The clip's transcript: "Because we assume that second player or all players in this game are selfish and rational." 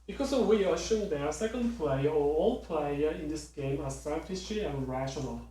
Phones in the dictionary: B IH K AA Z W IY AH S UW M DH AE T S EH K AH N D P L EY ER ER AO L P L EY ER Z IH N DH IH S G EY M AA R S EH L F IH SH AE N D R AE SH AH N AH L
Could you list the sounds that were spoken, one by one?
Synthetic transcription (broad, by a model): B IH K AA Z W IY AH SH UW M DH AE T S EH K AH N D P L EY ER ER AO L P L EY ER IH N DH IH S G EY M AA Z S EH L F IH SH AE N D R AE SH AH N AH L